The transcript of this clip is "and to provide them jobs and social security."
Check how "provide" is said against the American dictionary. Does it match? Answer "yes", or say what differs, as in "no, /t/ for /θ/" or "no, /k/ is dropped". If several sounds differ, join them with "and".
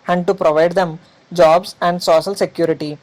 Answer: yes